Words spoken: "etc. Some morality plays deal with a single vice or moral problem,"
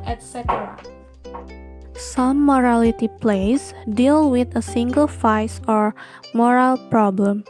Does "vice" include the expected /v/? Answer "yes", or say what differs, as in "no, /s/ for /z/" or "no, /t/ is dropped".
no, /f/ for /v/